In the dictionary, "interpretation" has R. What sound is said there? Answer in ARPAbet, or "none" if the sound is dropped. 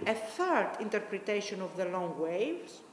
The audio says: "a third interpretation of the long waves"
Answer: R